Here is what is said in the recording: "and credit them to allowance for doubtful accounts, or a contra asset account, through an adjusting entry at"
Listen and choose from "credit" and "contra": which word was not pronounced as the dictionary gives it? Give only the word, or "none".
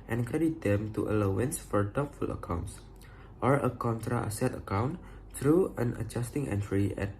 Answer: credit